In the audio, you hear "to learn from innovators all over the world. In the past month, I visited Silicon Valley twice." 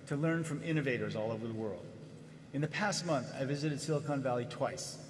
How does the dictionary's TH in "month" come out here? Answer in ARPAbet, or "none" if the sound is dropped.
TH